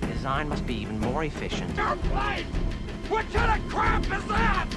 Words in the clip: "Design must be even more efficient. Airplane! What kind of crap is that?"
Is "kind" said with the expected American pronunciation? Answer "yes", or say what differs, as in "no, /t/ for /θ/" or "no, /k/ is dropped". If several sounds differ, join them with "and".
no, /n/ is dropped